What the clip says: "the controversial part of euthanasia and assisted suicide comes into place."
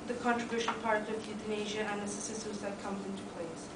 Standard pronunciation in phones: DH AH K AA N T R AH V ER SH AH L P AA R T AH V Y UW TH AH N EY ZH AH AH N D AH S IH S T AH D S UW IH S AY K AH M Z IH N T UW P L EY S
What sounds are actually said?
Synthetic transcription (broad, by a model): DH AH K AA N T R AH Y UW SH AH N P AA R T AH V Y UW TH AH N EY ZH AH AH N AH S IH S S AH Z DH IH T K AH M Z IH N T UW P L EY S